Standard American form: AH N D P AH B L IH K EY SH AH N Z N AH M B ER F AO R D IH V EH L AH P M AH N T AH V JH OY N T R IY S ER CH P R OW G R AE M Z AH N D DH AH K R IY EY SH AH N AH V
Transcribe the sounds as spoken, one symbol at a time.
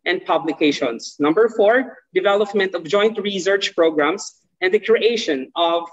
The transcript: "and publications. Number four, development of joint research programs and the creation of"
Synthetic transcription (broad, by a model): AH N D P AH B L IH K EY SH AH N S N AH M B ER F AO R D IH V EH L AH P M AH N T AH V JH OY N T R IY S ER CH P R OW G R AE M S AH N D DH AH K R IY EY SH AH N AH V